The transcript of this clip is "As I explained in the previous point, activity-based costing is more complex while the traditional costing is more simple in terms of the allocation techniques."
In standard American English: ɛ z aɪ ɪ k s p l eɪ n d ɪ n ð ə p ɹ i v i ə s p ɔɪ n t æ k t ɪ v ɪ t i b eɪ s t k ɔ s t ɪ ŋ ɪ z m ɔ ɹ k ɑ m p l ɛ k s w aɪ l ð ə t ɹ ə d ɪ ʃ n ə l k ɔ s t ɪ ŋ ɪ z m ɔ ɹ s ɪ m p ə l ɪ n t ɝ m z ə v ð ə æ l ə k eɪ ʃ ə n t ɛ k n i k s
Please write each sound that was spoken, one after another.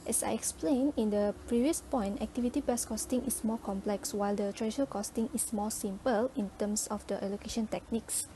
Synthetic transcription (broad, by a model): ɛ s aɪ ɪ k s p l eɪ n ɪ n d ə p ɹ i v i ə s p ɔɪ n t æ k t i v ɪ t i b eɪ s k ɔ s t ɪ ŋ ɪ s m ɔ k ɑ m p l ɛ k s w aɪ l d ə t ɹ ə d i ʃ ə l k ɔ s t ɪ ŋ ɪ s m ɔ s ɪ m p ə l ɪ n t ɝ m s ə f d ə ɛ l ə k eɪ ʃ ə n t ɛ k n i k s